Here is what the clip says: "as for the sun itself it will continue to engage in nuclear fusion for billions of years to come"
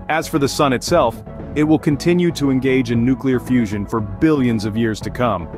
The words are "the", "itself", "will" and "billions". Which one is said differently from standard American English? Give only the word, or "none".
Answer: none